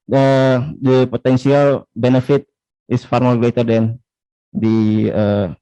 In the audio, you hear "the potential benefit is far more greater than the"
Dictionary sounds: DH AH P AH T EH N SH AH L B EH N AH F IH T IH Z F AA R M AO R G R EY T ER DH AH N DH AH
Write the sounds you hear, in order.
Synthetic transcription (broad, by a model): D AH P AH T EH N S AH L B EH N AH F IH T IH S F AA R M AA L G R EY T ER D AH N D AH